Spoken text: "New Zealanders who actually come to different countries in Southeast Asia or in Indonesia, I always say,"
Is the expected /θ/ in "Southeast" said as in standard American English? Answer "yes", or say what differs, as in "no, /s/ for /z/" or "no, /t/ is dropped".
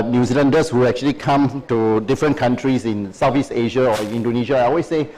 no, /f/ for /θ/